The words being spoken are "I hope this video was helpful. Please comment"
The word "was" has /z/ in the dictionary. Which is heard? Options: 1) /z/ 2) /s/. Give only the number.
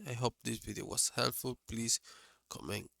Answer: 2